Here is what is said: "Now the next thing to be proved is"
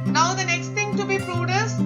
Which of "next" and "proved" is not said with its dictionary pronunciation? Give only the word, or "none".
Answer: proved